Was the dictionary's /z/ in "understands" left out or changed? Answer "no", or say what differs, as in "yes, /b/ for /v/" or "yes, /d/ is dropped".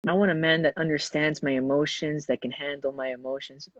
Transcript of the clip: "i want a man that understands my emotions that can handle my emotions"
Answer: no